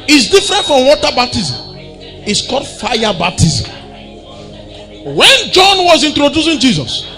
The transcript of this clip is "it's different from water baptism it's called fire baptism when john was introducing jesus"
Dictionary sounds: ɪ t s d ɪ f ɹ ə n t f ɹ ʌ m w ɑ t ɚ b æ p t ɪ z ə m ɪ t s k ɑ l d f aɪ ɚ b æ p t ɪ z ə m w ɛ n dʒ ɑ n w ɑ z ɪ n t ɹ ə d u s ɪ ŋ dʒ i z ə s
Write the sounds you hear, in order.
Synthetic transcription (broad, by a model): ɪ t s d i f ɹ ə n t f ɹ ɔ m w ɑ t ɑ b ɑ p t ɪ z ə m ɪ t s k ɑ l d f aɪ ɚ b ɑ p t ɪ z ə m w ɛ n dʒ ɑ n w ɑ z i n t ɹ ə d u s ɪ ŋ dʒ i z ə s